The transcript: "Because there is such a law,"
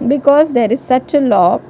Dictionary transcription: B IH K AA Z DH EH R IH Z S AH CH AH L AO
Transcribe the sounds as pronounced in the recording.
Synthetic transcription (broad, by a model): B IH K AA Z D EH R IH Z S AH CH AH L AO